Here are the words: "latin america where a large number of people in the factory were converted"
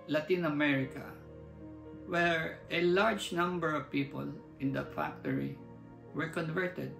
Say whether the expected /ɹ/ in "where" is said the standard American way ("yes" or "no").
yes